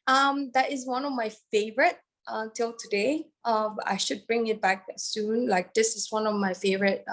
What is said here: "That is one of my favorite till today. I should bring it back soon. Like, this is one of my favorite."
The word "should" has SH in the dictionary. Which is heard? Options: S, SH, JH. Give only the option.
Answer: SH